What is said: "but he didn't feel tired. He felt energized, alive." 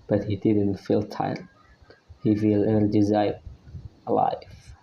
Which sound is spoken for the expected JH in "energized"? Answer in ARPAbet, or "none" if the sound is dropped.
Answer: Z